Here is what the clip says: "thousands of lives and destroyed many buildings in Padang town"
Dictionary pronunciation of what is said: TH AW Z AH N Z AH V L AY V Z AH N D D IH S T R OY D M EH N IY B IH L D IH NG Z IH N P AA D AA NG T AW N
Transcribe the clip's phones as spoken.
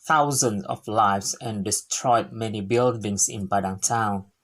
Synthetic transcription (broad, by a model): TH AW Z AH N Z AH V L AY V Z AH N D D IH S T R OY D M EH N IY B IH L D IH NG S IH N B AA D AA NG T AW N